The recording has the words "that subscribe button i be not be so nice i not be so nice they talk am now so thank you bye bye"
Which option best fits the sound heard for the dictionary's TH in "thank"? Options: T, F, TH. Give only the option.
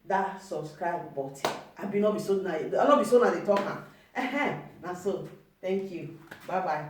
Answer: T